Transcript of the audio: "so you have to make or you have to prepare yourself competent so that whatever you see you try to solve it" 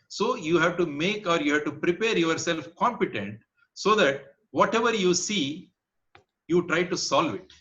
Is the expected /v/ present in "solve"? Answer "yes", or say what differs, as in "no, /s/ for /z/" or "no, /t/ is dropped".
yes